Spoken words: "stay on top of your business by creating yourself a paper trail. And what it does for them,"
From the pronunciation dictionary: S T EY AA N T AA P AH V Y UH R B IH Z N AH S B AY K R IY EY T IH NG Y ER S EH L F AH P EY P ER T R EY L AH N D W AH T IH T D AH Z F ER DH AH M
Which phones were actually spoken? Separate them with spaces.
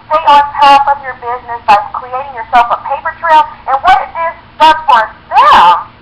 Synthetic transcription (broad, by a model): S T EY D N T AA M AH V Y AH R B IH Z N AH S B AY K R IY EY T IH NG Y ER S EH L F AH P EY P ER T R EY L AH N W AH T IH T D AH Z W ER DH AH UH